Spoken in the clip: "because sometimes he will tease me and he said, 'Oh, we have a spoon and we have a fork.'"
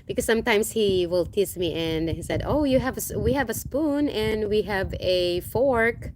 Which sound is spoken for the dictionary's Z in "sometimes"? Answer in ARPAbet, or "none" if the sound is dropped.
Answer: S